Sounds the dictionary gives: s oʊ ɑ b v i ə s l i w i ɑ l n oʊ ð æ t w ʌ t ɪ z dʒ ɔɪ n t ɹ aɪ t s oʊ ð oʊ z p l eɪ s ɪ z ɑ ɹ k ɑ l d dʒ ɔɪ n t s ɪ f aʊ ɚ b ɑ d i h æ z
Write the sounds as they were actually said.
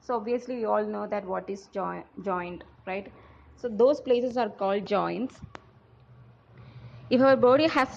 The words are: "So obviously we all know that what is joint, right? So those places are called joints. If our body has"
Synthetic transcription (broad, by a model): s oʊ ɑ b v i ə s l i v i ɑ l n oʊ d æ t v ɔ t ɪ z dʒ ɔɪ n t ɹ aɪ t s oʊ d oʊ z p l eɪ s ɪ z ɑ ɹ k ɑ l d dʒ ɔɪ n t s ɪ f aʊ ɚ b ɑ d i h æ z